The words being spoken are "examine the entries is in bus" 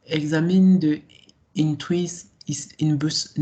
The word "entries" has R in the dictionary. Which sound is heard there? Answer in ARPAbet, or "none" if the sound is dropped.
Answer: W